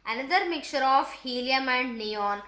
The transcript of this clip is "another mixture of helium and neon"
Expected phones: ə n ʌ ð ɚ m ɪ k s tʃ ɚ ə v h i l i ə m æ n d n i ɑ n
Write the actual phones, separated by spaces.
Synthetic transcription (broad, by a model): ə n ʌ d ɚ m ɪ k tʃ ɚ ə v h i l i ə m æ n d n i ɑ n